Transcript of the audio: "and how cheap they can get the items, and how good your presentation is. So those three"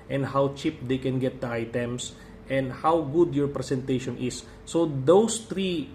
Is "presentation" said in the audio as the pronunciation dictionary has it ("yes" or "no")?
no